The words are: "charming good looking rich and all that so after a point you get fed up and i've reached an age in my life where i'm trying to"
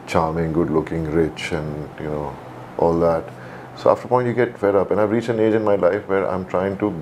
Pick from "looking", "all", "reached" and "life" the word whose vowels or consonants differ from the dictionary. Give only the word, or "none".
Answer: reached